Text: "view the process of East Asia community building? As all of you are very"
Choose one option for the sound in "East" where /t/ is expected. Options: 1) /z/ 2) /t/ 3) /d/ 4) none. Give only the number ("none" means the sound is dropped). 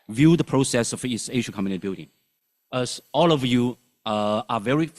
4